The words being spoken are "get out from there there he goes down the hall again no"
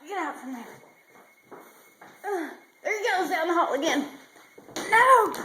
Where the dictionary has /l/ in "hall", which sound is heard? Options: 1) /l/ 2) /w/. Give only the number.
2